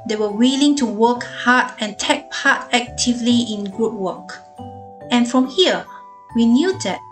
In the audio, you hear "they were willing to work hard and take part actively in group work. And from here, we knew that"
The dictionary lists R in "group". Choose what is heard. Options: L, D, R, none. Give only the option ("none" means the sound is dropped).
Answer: none